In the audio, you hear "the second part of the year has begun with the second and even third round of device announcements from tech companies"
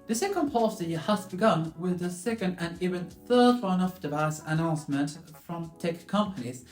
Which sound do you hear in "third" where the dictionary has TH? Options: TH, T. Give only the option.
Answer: TH